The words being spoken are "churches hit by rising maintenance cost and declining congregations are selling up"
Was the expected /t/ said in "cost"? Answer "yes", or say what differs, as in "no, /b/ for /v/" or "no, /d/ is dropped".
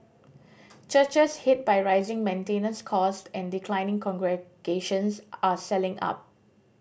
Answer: yes